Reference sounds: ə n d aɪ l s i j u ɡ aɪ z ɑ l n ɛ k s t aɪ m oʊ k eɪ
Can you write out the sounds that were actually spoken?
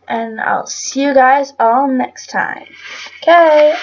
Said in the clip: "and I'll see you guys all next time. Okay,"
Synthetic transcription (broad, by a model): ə n aɪ l s i j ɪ ɡ aɪ z ɑ l n ɛ k s t aɪ m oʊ k eɪ